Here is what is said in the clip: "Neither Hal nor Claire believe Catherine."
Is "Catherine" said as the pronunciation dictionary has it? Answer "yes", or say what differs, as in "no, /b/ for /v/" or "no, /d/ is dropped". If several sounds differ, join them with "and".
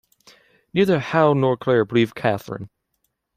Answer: yes